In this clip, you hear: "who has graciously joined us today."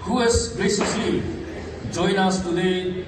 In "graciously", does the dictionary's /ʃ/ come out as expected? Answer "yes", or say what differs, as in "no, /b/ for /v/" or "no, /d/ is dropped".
no, /s/ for /ʃ/